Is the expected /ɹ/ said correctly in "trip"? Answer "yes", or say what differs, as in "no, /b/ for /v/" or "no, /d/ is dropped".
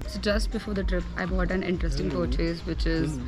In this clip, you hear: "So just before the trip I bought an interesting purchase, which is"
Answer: yes